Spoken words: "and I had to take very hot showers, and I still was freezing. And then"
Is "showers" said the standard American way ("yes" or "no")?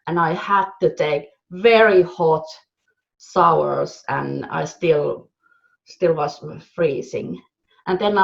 no